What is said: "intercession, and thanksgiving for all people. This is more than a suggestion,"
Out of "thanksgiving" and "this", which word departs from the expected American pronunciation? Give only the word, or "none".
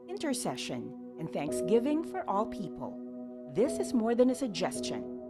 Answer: none